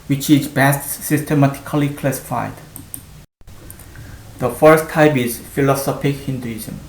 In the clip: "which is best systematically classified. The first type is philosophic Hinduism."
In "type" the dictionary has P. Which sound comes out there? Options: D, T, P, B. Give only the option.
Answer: B